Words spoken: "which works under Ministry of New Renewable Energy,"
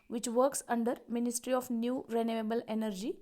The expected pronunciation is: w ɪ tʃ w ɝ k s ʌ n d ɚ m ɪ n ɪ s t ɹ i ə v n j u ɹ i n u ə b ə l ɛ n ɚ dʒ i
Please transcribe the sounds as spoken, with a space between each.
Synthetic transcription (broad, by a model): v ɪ tʃ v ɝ k s ʌ n d ɚ m ɪ n ɪ s t ɹ i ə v n j u ɹ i n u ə b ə l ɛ n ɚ dʒ i